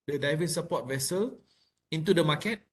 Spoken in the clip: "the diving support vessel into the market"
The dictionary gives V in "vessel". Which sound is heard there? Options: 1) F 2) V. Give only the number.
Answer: 2